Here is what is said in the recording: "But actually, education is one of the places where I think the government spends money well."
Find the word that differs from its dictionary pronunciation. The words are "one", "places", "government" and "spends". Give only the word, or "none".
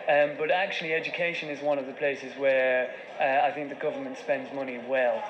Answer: none